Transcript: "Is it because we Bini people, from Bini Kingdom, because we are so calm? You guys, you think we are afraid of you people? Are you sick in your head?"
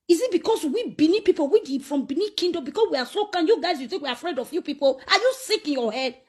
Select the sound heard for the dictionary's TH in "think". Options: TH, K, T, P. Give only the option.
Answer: T